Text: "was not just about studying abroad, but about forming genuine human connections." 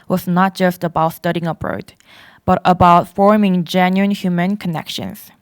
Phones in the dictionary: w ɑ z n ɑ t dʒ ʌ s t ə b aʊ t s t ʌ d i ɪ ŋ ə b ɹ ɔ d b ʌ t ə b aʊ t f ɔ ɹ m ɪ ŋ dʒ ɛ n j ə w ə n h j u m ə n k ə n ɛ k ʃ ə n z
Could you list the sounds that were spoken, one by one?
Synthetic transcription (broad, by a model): w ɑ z n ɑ t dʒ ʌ s t ə b aʊ t s t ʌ d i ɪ ŋ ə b ɹ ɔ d b ʌ t ə b aʊ t f ɔ ɹ m ɪ ŋ dʒ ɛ n j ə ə n h j u m ə n k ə n ɛ k ʃ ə n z